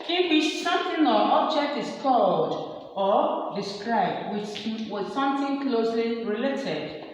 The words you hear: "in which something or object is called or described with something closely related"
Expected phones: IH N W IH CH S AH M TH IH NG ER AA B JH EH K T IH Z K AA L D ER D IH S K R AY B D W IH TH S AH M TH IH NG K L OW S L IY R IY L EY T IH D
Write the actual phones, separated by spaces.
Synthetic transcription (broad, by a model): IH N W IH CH S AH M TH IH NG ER AA B JH EH K T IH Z K AA L D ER D IH S K R AY B D W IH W S AH M TH IH NG K L OW S L IY R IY L EY T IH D